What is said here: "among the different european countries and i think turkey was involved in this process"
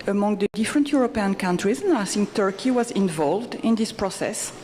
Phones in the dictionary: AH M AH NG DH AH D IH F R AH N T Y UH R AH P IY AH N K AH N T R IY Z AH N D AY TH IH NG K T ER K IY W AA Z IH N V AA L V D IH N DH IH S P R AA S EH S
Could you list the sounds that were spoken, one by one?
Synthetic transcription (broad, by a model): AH M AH NG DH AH D IH F R AH N T Y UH R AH P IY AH N K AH N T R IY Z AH N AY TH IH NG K T ER K IY W AA Z IH N V AA L V D IH N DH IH S P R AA S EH S